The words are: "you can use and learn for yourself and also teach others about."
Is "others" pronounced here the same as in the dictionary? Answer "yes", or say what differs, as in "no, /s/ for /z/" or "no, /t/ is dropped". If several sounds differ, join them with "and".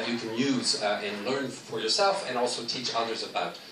yes